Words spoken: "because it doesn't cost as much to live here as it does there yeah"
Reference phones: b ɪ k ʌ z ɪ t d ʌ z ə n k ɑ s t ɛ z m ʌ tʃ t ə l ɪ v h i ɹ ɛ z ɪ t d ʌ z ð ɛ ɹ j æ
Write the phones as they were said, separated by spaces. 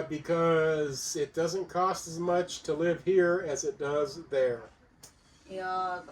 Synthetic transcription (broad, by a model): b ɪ k ʌ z ɪ t d ʌ z ə n k ɑ s t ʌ z m ʌ tʃ t ə l ɪ v h i ɹ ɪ z ɪ t d ʌ z ð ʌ ɹ